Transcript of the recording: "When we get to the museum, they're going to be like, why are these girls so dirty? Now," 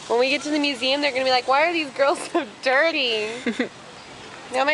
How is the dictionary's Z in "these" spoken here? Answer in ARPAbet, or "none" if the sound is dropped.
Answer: Z